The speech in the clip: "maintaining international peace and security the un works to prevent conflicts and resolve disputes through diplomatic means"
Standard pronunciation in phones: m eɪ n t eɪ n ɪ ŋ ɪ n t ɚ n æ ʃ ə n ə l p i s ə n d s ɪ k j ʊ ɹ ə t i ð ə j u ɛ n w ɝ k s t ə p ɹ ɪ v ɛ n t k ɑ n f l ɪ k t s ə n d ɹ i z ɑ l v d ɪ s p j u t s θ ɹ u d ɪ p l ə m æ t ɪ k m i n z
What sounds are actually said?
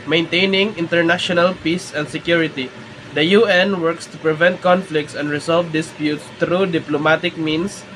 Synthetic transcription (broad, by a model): m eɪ n t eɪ n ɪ ŋ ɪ n t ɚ n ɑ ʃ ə n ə l p i s ə n d s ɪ k j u ɹ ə t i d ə j u ɛ n w ɝ k s t ə p ɹ ɪ v ɛ n t k ɑ n f l ɪ k t s ə n d ɹ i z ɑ l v d ɪ s p j u t s t ɹ u d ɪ p l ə m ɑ t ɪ k m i n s